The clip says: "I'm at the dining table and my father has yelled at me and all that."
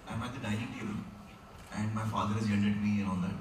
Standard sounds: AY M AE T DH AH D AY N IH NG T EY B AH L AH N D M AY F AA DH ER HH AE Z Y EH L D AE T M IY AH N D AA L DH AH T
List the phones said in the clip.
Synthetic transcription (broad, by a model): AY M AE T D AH D AY IH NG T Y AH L AH N D M AY F AA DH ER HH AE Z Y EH N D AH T M IY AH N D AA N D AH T